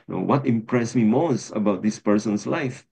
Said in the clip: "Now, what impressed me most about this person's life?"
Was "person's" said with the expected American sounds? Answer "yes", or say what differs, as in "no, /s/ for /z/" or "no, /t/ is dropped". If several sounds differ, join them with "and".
no, /s/ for /z/